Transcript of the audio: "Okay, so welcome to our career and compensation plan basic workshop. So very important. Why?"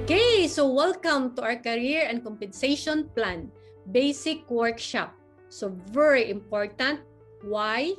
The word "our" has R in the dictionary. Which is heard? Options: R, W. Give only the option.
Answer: W